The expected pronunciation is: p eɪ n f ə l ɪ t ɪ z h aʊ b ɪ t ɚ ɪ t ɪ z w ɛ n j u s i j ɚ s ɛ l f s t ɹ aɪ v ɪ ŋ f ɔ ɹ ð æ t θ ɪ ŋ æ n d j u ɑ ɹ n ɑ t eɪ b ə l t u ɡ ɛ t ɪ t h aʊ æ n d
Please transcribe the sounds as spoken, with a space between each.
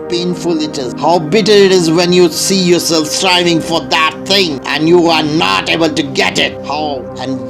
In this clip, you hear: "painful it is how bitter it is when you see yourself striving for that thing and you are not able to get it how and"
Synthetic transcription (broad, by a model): p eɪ n f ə l ɪ t ɪ z h aʊ b ɪ t ɚ ɪ t ɪ z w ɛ n j u s i j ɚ s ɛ l f s t ɹ aɪ v ɪ ŋ f ɔ ɹ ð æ t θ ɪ ŋ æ n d j u ɑ ɹ n ɑ t eɪ b ə l t u ɡ ɛ t ɪ t h aʊ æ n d